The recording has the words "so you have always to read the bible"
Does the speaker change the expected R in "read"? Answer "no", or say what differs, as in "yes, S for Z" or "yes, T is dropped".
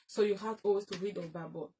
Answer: no